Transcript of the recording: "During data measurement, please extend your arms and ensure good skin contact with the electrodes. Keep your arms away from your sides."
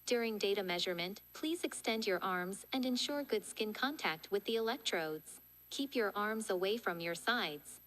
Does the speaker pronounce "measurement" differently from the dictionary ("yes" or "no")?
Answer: no